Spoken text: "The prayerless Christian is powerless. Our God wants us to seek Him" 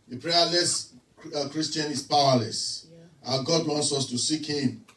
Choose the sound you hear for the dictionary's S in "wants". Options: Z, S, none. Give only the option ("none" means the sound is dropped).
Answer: S